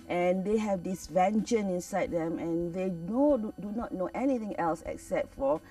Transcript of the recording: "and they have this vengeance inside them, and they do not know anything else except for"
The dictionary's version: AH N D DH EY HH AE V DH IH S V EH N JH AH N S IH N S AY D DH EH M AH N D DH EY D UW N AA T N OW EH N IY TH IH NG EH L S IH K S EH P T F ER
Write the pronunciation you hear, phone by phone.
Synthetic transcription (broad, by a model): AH N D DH EY HH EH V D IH S V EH N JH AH N IH N S AY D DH EH M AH N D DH EY D UW N AA T N OW EH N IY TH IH NG EH L S IH K S EH P T F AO